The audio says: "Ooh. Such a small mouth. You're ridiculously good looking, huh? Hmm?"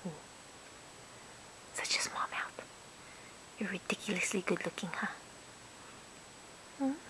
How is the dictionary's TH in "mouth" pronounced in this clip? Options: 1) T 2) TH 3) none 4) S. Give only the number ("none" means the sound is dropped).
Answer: 1